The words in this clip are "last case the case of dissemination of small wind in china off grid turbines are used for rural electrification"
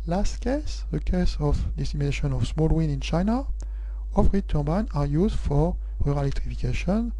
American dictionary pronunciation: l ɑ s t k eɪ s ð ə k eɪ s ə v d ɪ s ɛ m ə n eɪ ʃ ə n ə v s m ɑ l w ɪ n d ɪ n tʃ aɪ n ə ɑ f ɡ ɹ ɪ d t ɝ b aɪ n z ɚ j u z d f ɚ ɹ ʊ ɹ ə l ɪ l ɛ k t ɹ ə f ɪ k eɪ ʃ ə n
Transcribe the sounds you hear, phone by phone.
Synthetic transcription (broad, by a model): l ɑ s t k eɪ s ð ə k eɪ s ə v d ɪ s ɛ m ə n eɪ ʃ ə n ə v s m ɑ l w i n ɪ n tʃ aɪ n ə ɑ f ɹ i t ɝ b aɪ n ɑ j u z d f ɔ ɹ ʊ ɹ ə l l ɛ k t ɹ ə f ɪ k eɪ ʃ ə n